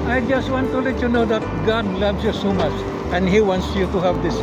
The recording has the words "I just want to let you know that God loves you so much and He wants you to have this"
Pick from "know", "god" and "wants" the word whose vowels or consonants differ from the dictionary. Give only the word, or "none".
none